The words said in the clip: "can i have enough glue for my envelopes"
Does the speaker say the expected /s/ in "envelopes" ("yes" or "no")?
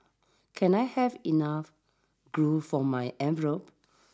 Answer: no